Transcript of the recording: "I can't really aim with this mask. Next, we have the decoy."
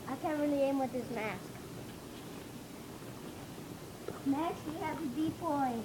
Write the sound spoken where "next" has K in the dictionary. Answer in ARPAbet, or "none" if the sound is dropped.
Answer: none